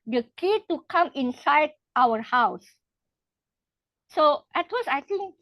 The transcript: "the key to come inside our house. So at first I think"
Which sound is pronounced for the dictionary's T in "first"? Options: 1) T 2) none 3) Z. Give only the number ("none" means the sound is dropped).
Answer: 2